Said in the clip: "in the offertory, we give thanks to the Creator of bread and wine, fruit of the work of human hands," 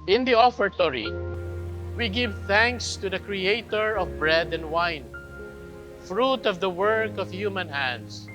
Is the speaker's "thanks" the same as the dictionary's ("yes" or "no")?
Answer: yes